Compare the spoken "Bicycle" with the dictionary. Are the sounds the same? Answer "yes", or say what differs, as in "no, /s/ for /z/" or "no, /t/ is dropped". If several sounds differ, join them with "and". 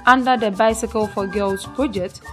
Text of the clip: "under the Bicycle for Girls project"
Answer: yes